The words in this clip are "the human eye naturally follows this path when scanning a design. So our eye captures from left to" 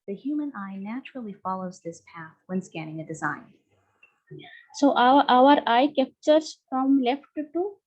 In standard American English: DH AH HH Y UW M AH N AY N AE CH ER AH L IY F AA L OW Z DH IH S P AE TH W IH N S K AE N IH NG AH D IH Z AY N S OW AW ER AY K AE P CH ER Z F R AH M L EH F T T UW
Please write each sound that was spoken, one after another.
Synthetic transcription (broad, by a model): DH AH HH Y UW M AH N AY N AE CH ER L IY F AA L OW Z DH IH S P AE TH W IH N S K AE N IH NG AH D IH Z AY N S OW AW ER AY K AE P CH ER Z F R AH M L EH F T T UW